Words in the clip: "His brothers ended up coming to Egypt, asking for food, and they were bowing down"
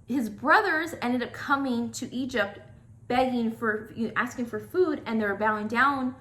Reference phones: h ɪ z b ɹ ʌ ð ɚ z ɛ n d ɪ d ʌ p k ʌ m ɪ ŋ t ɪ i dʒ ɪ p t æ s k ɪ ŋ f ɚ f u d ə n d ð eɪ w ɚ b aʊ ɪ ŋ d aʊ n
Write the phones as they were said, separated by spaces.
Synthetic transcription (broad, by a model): h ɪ z b ɹ ʌ ð ɚ z ɛ n d ɪ d ʌ p k ʌ m ɪ ŋ t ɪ i dʒ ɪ p t æ s k ɪ ŋ f ɚ f u d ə n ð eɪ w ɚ b aʊ ɪ ŋ d aʊ n